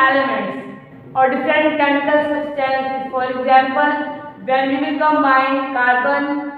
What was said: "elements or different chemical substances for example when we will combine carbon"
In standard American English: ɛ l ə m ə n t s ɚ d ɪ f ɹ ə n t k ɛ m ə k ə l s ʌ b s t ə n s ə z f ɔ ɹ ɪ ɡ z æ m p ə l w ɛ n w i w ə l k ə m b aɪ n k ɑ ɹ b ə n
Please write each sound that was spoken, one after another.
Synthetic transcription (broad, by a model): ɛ l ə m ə n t s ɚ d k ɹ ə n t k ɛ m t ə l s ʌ s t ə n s f ɔ ɹ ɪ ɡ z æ m p ə l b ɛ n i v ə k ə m aɪ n k ɑ ɹ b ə n